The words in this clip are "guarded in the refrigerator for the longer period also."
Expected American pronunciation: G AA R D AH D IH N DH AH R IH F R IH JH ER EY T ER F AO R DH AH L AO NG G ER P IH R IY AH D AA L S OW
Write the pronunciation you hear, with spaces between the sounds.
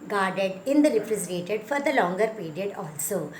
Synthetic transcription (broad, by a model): G AA R D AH D IH N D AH L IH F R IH Z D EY T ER F AO R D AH L AO NG G ER P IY R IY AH D AA L S OW